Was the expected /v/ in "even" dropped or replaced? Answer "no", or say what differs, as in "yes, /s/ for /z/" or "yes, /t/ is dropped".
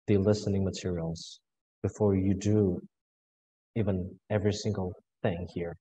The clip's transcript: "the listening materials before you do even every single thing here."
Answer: no